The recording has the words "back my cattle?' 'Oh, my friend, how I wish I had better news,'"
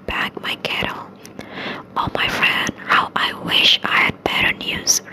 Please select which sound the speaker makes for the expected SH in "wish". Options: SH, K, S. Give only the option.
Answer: SH